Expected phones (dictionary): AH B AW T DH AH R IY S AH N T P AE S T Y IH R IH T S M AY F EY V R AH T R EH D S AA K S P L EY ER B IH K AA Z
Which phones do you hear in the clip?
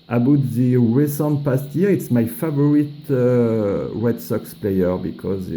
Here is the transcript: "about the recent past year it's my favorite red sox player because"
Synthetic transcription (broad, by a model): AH B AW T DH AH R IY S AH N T P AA S T Y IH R IH T S M AY F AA V R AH T W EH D S AA K S P L EY ER B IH K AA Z